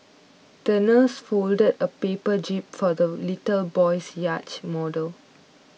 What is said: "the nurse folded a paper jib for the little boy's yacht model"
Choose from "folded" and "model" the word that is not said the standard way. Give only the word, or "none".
none